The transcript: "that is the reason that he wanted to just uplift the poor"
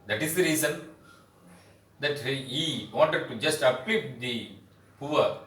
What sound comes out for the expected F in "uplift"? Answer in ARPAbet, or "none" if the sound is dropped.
none